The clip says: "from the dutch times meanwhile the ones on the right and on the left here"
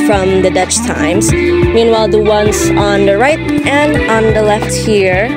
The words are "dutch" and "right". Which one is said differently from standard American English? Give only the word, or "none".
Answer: none